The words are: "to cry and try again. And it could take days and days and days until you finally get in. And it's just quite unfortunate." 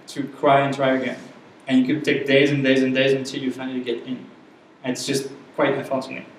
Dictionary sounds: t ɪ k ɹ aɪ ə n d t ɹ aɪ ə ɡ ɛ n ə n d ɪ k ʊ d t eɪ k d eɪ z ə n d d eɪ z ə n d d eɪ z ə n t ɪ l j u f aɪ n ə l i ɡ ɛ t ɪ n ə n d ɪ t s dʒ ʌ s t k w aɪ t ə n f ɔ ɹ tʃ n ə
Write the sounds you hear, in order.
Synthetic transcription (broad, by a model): t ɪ k ɹ aɪ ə n t ɹ aɪ ə ɡ ɛ n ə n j ɪ k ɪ d t eɪ k d eɪ z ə n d d eɪ z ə n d d eɪ z ə n t ɪ l j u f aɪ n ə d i ɡ ɛ t ɪ n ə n ɪ t s dʒ ʌ s t k w aɪ t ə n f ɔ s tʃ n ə